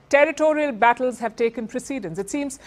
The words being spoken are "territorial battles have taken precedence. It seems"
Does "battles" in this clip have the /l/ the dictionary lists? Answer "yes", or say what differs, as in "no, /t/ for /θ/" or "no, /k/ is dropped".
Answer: yes